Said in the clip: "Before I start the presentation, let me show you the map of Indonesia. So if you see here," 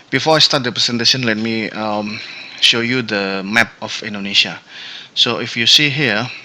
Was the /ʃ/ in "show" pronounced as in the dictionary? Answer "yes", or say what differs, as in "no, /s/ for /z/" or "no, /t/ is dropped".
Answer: yes